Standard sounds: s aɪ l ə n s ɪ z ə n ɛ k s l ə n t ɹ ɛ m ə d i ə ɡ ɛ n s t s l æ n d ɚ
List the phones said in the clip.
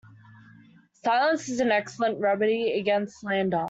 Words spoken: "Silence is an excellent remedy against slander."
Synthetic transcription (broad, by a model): s aɪ l ə n s ɪ z ə n ɛ k s l ə n t ɹ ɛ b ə d i ə ɡ ɛ n s t l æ n d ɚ